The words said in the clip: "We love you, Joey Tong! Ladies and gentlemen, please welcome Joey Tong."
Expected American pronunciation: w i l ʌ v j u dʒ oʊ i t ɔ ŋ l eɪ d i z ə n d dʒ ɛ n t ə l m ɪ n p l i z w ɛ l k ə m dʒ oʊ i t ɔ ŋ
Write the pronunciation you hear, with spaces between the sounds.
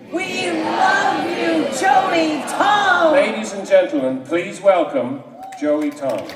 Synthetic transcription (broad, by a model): w i l ʌ v j u dʒ oʊ i t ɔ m l eɪ d i z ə n dʒ ɛ n t l m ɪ n p l i z w ɛ l k ə m dʒ oʊ i t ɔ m